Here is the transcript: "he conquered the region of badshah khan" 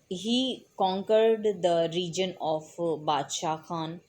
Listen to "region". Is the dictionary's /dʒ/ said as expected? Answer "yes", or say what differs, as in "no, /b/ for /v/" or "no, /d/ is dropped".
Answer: yes